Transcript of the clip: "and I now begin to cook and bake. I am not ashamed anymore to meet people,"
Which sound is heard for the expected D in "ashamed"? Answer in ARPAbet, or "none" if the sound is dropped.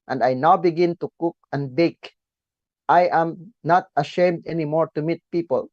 D